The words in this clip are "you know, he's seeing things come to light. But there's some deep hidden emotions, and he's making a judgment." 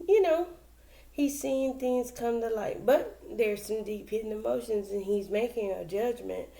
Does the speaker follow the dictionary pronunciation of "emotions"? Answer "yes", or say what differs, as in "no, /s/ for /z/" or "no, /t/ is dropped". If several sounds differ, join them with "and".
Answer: yes